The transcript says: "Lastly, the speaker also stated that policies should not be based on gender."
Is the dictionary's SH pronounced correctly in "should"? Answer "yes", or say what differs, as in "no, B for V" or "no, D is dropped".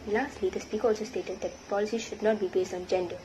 yes